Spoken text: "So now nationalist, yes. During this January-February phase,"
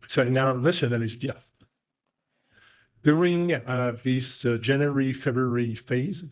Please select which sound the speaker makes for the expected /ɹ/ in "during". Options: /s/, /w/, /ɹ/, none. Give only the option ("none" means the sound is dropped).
/ɹ/